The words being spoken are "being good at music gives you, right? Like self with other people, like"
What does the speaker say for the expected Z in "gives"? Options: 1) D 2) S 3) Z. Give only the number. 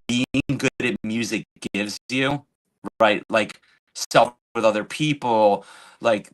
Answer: 3